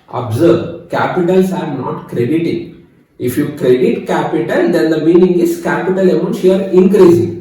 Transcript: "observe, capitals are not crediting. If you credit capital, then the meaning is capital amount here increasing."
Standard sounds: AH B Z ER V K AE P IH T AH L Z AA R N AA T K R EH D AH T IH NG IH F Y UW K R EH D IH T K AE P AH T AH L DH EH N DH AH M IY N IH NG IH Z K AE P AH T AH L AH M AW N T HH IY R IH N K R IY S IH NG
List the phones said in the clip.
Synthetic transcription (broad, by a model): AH B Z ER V K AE P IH T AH L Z AA R N AA T K R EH D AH T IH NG IH F Y UW K R EH D IH T K AE P AH T AH L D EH N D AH M IY N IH NG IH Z K AE P AH T AH L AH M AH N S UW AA R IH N K R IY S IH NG